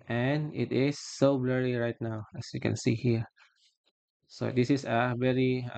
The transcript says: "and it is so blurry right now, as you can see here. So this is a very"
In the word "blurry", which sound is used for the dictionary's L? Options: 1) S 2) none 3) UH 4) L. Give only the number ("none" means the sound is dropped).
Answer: 4